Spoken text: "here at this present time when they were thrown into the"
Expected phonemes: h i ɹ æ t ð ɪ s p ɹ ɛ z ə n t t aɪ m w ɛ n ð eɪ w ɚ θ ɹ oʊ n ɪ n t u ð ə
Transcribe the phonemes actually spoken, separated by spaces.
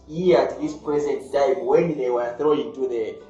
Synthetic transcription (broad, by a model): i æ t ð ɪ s p ɹ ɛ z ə n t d aɪ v w ɛ n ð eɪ w ɚ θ ɹ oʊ ɪ n t u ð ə